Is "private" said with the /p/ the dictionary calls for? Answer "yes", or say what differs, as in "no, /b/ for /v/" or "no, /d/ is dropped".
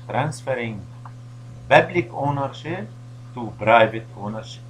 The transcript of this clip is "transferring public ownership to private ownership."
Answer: no, /b/ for /p/